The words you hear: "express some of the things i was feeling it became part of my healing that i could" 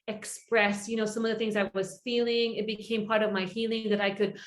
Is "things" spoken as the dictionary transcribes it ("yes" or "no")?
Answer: yes